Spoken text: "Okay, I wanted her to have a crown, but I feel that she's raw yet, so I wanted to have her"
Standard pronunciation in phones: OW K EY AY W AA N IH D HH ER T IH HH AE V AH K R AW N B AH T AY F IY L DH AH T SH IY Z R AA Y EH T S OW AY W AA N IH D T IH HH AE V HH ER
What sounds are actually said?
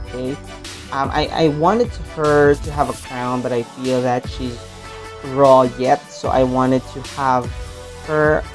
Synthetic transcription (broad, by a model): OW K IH AY W AA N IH D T ER T IH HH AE V AH K R AW N B AH T AY F IY L DH AH T SH IY Z R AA Y EH T S OW AY W AA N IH D T IH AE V HH ER